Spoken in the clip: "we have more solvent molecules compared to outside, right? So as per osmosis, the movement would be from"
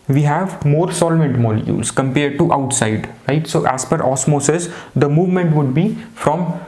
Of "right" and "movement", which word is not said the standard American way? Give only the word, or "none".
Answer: none